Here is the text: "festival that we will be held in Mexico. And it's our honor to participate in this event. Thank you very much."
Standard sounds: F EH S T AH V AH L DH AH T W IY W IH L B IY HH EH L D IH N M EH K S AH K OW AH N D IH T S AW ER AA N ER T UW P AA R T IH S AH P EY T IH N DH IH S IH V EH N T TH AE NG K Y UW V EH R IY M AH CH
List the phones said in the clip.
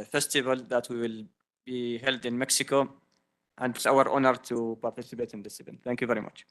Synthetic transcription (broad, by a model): F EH S T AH V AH L DH AH T W IY W IH L B IY HH EH L D IH N M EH K S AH K OW AH N D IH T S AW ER AA N ER T UW P AA R T IH S AH P EY T IH N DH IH S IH P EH N TH AE NG K Y UW V EH R IY M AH CH